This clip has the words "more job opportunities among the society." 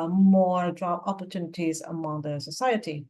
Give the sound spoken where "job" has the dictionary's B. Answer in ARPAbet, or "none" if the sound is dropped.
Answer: none